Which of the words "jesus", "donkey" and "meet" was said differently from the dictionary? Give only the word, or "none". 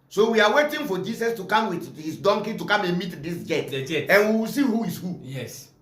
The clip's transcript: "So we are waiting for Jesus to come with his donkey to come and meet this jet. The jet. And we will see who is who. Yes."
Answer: jesus